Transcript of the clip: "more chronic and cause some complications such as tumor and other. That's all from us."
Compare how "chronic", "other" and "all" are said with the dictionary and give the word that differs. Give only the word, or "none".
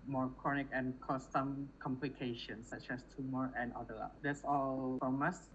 other